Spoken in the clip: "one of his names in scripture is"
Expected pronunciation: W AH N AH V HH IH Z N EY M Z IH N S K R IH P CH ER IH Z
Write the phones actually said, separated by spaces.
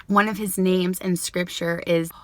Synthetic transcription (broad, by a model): W AH N AH V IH Z N EY M Z IH N S K R IH P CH ER IH Z